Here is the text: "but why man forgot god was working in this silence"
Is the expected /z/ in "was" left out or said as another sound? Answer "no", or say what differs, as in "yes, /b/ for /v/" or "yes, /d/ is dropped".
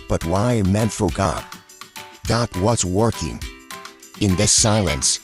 yes, /s/ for /z/